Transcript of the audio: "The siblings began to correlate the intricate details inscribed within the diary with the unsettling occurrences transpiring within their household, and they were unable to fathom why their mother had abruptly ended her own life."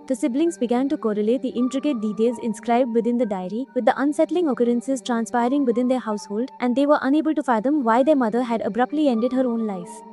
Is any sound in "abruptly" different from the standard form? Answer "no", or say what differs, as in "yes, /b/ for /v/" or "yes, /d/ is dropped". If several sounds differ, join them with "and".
no